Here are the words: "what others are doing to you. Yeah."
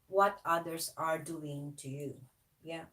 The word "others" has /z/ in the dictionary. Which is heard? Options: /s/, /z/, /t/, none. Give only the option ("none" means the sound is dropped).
/s/